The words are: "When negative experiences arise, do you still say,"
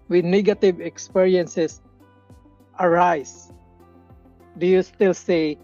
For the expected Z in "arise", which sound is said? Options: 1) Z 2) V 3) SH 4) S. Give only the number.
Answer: 4